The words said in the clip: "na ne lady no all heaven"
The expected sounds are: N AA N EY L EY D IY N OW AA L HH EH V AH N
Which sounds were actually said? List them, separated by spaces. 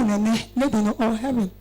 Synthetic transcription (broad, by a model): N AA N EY N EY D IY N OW AA L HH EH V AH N